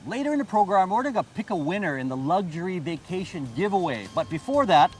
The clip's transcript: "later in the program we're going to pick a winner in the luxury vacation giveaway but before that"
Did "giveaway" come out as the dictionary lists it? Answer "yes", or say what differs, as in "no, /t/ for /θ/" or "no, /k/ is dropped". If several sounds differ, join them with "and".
yes